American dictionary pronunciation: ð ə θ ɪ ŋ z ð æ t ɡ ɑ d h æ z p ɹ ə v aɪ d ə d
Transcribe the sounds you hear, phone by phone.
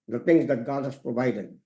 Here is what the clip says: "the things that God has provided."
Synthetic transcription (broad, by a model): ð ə t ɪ ŋ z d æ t ɡ ɑ d h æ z p ɹ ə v aɪ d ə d